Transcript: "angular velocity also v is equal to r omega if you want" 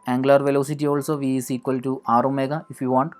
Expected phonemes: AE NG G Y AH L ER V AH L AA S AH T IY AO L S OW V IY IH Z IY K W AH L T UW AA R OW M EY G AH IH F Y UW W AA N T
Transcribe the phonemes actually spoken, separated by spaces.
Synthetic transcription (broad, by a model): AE NG G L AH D V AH L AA S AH T IY AO L S OW V IY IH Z IY K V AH L T UW AA R OW M EY G AH IH F Y UW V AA N T